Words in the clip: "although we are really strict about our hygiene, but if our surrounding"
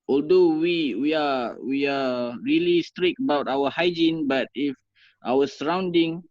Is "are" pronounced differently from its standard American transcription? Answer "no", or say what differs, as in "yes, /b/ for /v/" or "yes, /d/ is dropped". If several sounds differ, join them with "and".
yes, /w/ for /ɹ/